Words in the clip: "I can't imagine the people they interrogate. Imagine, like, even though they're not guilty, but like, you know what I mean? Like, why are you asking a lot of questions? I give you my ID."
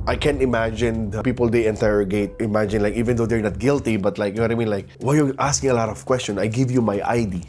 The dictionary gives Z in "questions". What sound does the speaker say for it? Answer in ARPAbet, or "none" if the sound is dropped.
none